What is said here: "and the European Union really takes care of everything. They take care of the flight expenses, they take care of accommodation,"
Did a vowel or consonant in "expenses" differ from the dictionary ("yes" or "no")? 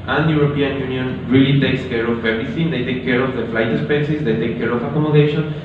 yes